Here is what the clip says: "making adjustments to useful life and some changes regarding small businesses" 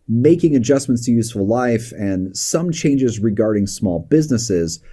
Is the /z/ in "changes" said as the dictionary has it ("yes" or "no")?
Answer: yes